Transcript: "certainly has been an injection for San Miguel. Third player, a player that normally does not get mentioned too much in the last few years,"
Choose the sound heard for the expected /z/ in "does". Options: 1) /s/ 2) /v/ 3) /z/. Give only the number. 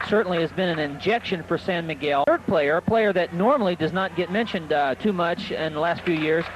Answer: 3